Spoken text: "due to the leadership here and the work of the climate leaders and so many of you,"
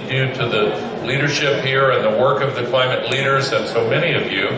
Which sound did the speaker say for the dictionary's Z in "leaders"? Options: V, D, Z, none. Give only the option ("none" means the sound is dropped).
Z